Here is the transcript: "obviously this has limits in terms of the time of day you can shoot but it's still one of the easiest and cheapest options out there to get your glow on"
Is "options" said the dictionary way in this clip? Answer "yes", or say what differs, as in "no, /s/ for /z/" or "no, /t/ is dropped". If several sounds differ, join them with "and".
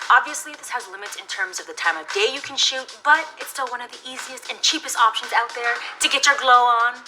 yes